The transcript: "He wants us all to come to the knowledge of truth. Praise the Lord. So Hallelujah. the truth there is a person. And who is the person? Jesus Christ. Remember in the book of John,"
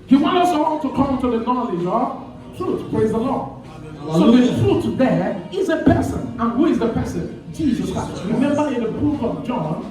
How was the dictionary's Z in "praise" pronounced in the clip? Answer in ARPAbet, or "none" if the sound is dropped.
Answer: Z